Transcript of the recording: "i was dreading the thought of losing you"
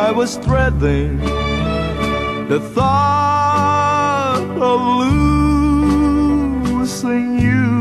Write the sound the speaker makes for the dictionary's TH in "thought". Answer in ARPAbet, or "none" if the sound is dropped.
TH